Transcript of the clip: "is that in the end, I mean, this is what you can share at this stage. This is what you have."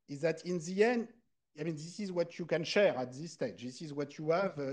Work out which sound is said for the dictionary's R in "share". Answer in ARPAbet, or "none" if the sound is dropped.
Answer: R